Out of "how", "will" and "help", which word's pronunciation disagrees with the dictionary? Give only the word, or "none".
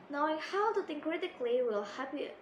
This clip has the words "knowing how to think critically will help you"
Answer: help